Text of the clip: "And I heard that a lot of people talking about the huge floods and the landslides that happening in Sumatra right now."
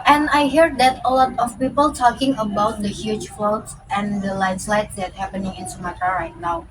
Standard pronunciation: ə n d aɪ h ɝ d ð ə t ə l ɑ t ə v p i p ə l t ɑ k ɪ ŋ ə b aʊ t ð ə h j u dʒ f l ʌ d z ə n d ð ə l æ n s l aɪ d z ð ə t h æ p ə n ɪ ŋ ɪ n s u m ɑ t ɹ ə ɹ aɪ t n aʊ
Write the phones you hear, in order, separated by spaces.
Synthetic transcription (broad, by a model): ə n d aɪ h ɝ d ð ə t ə l ɑ t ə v p i p ə l t ɑ k ɪ ŋ ə b aʊ t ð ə h j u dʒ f l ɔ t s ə n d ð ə l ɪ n s l aɪ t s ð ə t h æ p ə n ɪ ŋ ɪ n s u m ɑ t ə ɹ aɪ t n aʊ